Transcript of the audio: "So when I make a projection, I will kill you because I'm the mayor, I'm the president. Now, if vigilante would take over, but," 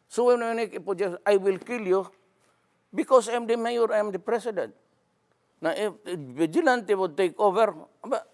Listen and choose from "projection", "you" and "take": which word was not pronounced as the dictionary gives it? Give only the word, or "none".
projection